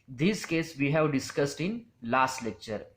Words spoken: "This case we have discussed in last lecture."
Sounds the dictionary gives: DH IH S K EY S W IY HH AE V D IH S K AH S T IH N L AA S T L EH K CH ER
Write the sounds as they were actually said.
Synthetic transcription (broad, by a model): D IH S K EY S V IY HH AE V D IH S K AH S T IH N L AA S T L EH K CH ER